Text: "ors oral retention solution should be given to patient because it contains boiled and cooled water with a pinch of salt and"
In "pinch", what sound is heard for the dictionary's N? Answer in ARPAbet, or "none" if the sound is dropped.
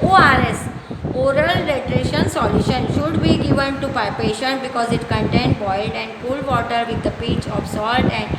none